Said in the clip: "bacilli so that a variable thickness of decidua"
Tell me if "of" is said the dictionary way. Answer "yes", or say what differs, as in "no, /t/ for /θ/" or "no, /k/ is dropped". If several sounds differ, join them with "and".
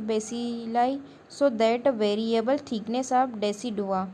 no, /b/ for /v/